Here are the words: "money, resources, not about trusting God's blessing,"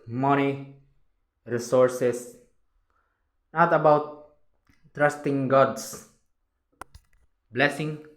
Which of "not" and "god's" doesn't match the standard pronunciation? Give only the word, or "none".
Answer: god's